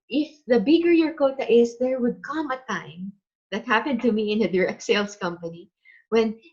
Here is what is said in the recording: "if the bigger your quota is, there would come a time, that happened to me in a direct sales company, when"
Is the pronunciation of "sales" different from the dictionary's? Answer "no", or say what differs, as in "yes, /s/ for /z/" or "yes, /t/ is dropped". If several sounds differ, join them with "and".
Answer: yes, /s/ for /z/